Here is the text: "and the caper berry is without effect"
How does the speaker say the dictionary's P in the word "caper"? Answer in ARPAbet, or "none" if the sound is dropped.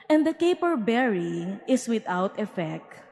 P